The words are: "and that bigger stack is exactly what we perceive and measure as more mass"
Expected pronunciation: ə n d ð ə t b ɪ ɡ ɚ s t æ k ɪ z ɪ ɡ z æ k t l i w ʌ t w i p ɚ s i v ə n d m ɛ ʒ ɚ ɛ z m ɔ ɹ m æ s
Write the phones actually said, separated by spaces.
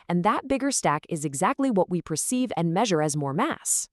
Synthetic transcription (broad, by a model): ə n ð ə t b ɪ ɡ ɚ s t æ k ɪ z ɪ ɡ z æ k t l i w ʌ t w i p ɚ s i v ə n m ɛ ʒ ɚ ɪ z m ɔ ɹ m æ s